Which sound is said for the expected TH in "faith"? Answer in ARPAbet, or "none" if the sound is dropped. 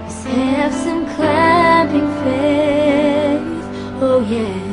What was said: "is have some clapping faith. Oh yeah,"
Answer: S